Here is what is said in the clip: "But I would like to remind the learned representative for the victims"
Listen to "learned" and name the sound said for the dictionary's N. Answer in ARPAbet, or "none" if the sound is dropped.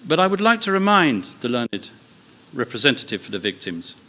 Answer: N